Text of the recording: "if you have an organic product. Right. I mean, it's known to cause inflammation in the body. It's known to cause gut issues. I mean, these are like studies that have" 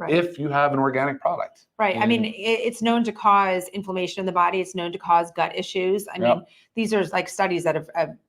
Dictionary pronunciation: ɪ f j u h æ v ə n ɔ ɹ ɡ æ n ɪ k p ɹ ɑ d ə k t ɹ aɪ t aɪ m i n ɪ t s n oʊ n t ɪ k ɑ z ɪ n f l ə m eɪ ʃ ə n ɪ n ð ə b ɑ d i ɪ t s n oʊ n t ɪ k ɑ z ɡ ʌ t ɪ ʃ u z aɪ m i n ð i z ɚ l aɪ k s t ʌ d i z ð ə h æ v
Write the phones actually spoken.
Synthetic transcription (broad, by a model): ɪ f j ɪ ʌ v ə n ɔ ɹ ɡ æ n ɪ k p ɹ ɑ d ə k t ɹ aɪ t aɪ m i n ɪ t s n oʊ n t ɪ k ɑ z ɪ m f l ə m eɪ ʃ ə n ɪ n ð ə b ɑ d i ɪ t s n oʊ n t ɪ k ɑ z ɡ ʌ t ɪ ʃ u z aɪ m i n ð i z ɚ l aɪ k s t ʌ d i z ð ə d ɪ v